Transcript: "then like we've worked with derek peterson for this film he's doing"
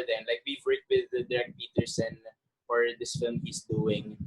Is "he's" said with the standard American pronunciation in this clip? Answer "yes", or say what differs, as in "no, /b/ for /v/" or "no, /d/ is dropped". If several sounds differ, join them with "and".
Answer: no, /s/ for /z/